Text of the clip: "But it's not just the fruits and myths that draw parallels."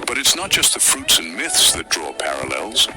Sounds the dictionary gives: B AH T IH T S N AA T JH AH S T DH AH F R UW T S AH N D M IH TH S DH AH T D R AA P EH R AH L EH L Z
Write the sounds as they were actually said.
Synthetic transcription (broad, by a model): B AH T IH T S N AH T JH AH S T DH AH F R UW T S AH N M IH TH S DH AH T D R AA P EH R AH L EH L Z